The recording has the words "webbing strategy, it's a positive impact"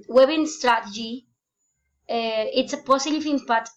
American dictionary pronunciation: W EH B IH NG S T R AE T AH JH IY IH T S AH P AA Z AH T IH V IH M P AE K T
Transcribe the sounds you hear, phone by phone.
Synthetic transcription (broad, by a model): W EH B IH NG S T R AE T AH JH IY IH T S AH P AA S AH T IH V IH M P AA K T